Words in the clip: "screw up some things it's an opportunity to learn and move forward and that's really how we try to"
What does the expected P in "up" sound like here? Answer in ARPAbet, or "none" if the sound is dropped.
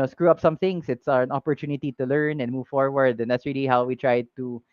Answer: P